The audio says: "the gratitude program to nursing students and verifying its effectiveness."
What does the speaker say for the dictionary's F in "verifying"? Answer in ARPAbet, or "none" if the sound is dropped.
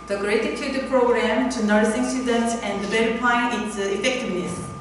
P